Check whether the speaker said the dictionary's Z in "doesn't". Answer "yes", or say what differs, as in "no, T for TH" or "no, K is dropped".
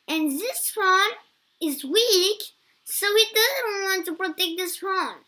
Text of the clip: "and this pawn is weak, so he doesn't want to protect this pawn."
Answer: yes